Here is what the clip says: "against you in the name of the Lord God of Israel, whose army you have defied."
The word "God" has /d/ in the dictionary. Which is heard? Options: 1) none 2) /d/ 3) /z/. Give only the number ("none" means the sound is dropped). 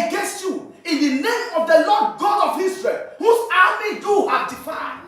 2